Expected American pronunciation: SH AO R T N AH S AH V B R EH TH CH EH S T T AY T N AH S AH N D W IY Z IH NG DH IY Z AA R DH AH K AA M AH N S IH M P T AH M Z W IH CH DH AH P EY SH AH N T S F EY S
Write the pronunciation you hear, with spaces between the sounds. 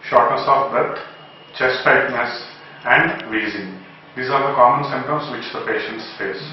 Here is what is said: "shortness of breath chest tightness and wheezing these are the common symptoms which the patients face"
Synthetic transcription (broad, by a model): SH AO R T N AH S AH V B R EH T CH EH S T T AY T N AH S AH N D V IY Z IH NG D IY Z AA R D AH K AA M AH N S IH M T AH M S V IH CH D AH P EY SH AH N T S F EY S